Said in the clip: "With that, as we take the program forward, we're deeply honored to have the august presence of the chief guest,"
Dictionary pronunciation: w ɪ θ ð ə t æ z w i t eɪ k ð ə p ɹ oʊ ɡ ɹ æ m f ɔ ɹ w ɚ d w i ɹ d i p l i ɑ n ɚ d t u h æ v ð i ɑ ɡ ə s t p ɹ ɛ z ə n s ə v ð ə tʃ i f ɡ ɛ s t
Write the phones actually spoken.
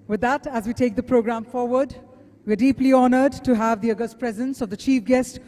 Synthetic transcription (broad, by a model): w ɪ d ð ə t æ z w i t eɪ k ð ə p ɹ oʊ ɡ ɹ æ m f ɔ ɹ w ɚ d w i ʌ d i p l i ɑ n ɚ d t u h æ v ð i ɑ ɡ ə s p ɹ ɹ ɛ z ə n s ə v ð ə tʃ i f ɡ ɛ s t